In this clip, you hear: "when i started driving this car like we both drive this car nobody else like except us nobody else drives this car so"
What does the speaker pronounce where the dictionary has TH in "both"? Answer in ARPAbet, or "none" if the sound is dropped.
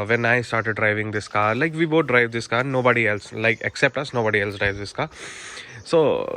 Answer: T